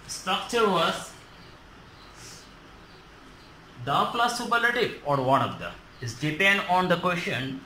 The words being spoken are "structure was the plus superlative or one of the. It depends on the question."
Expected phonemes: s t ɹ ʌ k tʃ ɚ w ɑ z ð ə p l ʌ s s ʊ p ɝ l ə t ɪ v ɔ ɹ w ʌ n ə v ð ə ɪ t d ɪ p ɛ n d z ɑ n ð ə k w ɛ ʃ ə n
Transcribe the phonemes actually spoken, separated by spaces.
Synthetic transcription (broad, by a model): s t ɹ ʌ k tʃ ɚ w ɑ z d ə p l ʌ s s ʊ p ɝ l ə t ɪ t ɔ ɹ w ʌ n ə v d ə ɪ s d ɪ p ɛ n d ɑ n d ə k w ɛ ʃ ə n